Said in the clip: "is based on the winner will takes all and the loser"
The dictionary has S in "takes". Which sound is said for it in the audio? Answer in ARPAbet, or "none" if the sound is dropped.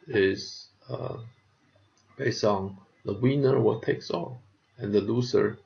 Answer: S